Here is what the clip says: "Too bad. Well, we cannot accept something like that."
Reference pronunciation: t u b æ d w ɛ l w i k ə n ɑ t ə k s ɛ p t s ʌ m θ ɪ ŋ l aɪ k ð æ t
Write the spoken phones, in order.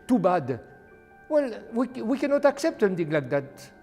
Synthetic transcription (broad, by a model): t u b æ d w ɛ l w i k ə n ɑ t ə k s ɛ p t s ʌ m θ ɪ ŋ l aɪ k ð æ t